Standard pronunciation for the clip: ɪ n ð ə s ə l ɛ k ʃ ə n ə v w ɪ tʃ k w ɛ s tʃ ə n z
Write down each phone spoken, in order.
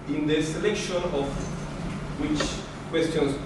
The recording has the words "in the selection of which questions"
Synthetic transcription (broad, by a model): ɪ n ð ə s ə l ɛ k ʃ ə n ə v w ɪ tʃ k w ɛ s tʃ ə n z